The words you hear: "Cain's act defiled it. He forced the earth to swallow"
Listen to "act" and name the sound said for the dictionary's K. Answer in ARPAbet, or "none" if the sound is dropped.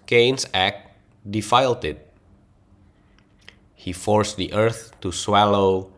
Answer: K